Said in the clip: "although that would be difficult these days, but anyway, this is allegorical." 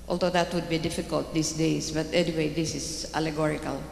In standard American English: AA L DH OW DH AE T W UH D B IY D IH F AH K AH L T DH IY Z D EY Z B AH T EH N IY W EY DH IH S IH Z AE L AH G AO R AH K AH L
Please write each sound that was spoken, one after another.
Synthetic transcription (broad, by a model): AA L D OW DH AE T W UH D B IY D IH F AH K AH L T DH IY S D EY S B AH T EH N IY W EY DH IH S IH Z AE L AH G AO R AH K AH L